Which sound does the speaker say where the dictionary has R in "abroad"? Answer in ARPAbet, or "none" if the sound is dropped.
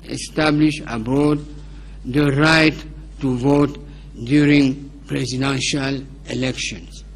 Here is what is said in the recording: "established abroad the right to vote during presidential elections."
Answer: none